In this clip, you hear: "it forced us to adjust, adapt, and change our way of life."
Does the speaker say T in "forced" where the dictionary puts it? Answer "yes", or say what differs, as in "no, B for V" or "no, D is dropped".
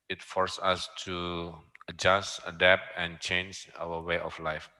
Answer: no, T is dropped